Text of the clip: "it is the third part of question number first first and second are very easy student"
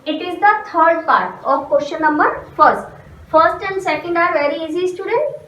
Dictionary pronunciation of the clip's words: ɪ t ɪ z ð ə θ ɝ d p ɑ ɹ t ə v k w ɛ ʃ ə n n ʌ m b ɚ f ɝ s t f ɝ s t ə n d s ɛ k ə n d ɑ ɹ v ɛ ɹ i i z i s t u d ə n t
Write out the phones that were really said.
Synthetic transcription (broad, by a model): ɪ t ɪ z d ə t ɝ d p ɑ ɹ t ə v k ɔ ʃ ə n n ʌ m b ɚ f ɝ s t f ɝ s t ə n d s ɛ k ə n d ɑ ɹ v ɛ ɹ i i z i s t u d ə n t